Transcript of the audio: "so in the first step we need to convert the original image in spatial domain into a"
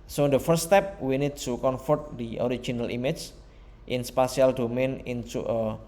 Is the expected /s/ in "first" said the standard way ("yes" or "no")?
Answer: no